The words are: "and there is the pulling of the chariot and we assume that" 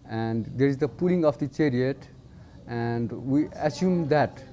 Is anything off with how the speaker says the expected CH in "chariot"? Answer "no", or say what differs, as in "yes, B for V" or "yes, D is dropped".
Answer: no